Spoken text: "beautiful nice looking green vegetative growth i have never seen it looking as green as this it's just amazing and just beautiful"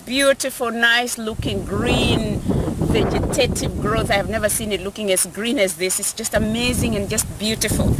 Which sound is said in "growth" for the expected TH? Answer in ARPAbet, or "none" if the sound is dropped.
TH